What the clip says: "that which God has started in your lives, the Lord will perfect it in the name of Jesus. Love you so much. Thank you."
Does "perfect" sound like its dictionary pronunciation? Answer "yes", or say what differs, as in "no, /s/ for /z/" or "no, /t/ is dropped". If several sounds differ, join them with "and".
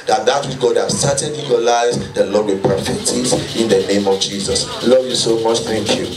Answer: no, /k/ is dropped